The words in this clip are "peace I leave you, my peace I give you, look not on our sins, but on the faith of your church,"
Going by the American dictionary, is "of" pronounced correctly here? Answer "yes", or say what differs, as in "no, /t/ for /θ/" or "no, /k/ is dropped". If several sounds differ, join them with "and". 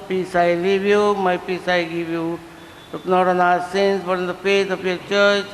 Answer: no, /p/ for /v/